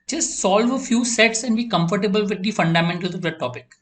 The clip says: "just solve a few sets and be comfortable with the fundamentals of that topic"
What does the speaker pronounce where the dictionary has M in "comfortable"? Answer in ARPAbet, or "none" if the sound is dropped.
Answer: M